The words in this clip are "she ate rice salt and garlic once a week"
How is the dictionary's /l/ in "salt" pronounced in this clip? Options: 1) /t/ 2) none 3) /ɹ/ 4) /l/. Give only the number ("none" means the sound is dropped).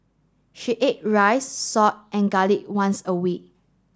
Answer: 2